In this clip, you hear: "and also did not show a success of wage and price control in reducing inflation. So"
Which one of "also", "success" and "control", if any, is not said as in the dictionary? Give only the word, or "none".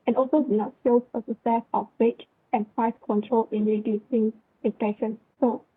success